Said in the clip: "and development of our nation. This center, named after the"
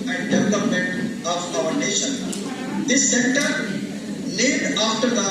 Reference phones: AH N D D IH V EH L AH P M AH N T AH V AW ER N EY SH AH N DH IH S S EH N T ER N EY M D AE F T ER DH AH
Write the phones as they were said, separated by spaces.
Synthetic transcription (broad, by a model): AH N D D IH V EH L AH P M AH N T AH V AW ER N EY SH AH N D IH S S EH N T ER L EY D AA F T ER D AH